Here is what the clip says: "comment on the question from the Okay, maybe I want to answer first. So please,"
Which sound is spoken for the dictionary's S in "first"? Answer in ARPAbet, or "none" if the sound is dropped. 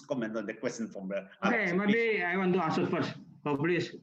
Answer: none